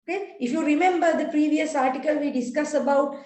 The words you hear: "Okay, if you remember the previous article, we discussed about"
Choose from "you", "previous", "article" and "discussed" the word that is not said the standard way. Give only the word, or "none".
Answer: discussed